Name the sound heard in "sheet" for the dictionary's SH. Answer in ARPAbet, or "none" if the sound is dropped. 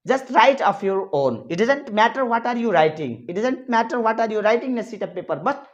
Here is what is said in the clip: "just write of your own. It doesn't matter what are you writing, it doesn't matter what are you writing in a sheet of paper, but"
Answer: S